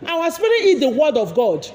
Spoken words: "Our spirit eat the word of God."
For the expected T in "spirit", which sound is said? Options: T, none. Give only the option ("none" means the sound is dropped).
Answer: none